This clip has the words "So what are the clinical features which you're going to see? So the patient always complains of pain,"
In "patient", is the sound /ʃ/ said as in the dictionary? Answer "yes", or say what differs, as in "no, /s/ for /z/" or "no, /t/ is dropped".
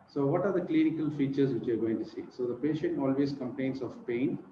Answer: yes